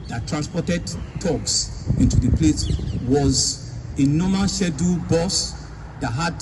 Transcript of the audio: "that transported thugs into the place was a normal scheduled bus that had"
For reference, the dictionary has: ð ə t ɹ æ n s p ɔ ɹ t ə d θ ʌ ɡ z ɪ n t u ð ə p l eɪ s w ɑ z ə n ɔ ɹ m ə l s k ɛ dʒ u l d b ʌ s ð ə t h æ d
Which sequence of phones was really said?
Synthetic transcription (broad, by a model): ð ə t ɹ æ n s p ɔ t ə d t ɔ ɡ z ɪ n t u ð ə p l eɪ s w ɑ z ə n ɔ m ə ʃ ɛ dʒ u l b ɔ s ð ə t h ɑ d